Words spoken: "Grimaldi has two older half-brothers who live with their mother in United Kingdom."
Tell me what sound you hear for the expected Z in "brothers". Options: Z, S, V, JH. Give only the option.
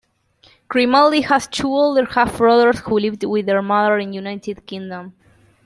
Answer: S